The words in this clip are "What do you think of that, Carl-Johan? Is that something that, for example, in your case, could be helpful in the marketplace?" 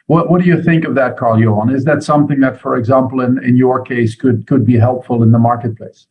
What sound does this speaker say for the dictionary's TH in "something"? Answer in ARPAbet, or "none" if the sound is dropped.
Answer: TH